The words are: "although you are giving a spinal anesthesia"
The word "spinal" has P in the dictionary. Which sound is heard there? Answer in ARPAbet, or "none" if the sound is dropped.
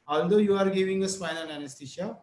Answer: F